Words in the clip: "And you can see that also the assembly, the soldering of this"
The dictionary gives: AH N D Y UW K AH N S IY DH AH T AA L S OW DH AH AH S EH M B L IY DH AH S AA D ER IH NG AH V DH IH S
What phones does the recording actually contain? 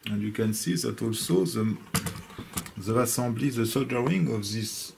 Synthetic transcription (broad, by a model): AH N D Y UW K AH N S IY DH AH T AA L S OW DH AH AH S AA B L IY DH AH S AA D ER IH NG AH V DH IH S